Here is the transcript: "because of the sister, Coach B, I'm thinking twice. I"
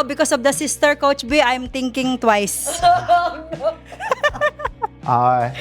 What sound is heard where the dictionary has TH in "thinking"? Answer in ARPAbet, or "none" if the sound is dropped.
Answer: T